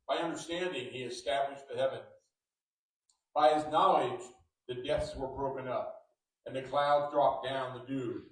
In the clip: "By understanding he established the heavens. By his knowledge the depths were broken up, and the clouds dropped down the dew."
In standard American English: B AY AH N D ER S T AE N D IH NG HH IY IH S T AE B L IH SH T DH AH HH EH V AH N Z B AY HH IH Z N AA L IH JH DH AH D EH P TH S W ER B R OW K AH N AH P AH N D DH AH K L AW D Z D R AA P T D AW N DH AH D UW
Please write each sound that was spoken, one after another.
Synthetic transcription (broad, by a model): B AY AH N D ER S T AE N D IH NG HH IY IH S T AE B L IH SH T DH AH HH EH V AH N Z B AY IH Z N AA L IH JH DH AH D EH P TH S W ER B R OW K AH N AH P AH N DH AH K L AW D Z D R AA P D AW N DH AH D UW